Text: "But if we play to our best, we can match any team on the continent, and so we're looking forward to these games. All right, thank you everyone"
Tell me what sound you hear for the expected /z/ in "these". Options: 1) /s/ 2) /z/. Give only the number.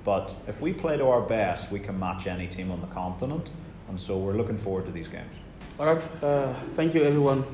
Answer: 2